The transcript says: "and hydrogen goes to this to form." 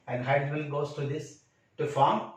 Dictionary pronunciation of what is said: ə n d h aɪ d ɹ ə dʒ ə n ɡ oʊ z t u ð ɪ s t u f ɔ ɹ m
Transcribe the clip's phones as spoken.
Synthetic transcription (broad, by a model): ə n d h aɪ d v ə l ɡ oʊ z t u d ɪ s t u f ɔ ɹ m